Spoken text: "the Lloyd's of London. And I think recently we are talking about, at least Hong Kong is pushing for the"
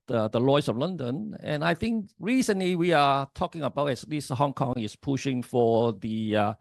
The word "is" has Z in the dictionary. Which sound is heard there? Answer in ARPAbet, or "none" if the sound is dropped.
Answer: S